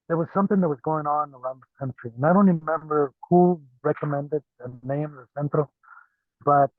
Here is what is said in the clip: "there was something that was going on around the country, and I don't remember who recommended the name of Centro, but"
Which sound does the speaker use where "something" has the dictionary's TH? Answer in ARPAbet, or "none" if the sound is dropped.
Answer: TH